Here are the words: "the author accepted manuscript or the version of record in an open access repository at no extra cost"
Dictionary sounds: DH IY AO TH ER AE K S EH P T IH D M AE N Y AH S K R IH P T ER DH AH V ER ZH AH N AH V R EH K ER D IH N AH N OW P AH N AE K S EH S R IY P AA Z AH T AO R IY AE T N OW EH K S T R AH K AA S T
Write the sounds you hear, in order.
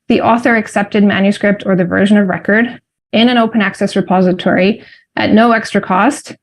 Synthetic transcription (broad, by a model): DH IY AO TH ER AE K S EH P T IH D M AE N Y AH S K R IH P T ER DH AH V ER ZH AH N AH V R EH K ER D IH N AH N OW P AH N AE K S EH S R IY P AA Z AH T AO R IY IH T N OW EH K S T R AH K AA S T